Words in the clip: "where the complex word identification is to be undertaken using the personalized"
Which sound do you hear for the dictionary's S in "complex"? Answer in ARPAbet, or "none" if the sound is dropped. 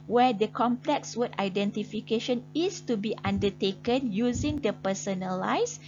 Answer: S